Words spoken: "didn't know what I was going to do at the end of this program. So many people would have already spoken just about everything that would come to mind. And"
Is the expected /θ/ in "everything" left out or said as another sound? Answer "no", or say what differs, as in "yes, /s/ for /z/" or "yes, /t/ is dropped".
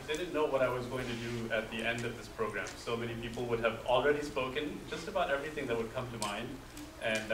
no